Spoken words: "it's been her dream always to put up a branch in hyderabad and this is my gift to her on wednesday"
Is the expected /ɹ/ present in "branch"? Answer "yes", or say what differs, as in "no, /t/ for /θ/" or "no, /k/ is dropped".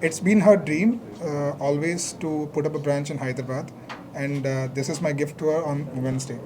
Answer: yes